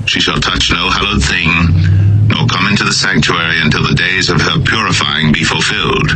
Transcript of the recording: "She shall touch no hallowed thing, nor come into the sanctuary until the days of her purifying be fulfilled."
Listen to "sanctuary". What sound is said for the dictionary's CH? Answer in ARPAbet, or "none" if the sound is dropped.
CH